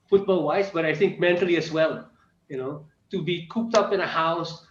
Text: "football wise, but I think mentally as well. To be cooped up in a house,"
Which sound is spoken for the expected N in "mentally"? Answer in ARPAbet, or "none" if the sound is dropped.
N